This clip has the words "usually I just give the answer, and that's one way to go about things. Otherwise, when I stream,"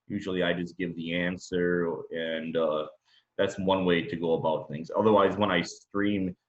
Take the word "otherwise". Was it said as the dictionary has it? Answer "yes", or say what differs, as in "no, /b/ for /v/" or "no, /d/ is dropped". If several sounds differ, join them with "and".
yes